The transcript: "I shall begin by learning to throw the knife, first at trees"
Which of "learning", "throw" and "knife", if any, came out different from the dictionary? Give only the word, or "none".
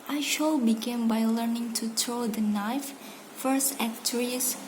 throw